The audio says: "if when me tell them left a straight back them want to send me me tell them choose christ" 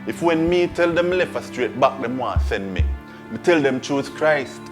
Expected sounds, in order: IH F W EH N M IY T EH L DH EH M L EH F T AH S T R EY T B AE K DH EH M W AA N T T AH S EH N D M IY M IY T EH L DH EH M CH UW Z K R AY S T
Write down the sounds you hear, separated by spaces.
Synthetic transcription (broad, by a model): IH F W EH N M IY T EH L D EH M L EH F AH S T R EY T B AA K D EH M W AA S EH N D M IY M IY T EH L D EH M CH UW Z K R AY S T